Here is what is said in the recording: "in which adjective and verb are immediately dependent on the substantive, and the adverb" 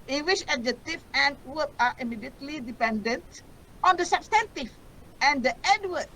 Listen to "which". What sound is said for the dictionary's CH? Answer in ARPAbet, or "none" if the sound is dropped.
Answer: SH